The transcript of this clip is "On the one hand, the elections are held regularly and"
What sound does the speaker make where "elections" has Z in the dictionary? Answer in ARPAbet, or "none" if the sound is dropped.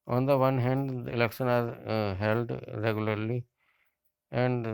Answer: none